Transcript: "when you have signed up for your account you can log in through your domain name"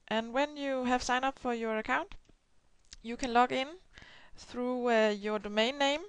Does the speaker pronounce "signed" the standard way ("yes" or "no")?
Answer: no